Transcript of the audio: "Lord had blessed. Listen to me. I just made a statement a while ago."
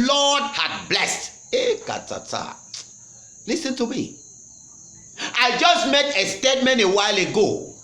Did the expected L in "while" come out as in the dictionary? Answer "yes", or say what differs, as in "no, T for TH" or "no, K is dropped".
yes